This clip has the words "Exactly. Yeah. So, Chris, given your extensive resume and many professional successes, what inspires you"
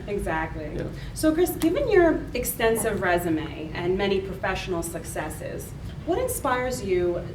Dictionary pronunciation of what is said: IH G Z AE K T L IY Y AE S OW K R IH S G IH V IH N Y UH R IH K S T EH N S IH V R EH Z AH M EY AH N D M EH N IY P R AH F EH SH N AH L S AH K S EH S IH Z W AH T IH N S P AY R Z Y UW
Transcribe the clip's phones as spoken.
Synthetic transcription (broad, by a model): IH G Z AE K T L IY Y S OW K R IH S G IH V IH N Y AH R IH K S T EH N S IH V R EH Z AH M EY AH N M EH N IY P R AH F EH SH N L S AH K S EH S IH Z W AH T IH N S P AY R Z Y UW